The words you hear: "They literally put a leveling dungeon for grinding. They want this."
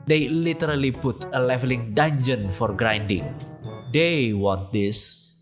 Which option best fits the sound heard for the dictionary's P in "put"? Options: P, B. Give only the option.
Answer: B